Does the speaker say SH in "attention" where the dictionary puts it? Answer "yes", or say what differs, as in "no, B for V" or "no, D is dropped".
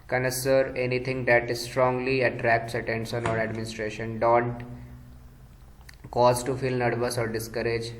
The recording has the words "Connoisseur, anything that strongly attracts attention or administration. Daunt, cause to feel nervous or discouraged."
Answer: no, S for SH